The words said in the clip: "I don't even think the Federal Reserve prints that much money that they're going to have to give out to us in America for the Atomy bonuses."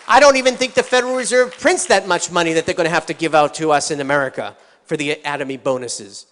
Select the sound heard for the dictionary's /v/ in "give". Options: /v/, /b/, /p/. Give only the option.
/v/